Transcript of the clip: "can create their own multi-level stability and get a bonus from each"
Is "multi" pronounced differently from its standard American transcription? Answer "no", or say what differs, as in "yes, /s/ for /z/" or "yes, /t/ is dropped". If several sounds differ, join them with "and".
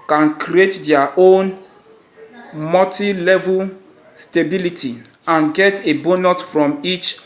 yes, /l/ is dropped